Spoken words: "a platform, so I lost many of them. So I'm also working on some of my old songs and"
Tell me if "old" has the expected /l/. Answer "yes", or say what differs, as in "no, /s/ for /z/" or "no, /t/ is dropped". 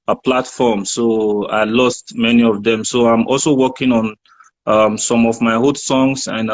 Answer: no, /l/ is dropped